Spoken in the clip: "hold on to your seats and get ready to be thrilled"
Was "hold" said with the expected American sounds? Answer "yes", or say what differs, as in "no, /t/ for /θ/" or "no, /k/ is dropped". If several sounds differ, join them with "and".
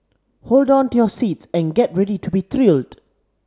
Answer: yes